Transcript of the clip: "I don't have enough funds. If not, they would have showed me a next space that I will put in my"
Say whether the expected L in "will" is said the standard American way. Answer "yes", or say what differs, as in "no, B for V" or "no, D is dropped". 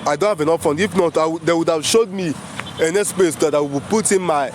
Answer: no, W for L